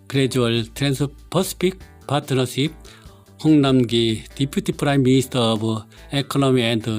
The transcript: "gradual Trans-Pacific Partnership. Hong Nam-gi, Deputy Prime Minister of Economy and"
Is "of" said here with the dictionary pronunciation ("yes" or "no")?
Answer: no